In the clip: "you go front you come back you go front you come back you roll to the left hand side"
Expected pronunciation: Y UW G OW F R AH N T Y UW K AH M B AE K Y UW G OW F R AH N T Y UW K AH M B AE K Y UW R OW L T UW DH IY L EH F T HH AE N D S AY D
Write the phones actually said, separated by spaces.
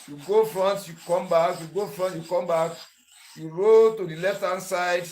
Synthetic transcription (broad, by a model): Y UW G OW F R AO N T Y UW K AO M B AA K Y UW G OW F R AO N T Y UW K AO M B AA K Y UW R OW T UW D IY L EH F T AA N S AY D